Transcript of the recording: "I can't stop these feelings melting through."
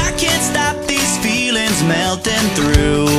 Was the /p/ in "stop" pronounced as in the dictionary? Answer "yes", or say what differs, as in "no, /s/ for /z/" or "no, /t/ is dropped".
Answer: yes